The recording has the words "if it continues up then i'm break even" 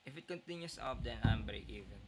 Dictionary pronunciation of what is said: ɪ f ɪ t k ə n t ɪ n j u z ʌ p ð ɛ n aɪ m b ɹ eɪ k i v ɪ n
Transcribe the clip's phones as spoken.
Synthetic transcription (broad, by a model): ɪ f ɪ t k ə n t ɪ n j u s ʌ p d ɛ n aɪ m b eɪ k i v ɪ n